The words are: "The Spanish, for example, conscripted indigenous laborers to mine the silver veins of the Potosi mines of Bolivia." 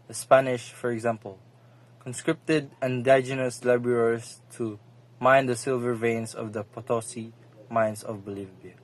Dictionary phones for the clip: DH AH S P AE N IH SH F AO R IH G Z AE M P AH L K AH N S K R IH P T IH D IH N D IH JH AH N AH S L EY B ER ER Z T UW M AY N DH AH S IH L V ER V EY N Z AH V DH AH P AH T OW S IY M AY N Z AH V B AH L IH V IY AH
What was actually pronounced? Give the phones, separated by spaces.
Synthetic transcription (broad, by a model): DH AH S P AE N IH SH F AO R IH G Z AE M P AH L K AH N S K R IH P T IH D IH N D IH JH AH N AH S L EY B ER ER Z T UW M AY N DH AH S IH L V ER V EY N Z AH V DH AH P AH T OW S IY M AY N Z AH V B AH L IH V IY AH